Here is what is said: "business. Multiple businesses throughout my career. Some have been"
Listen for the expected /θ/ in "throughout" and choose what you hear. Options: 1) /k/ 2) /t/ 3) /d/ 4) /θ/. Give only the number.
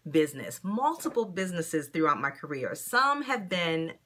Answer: 4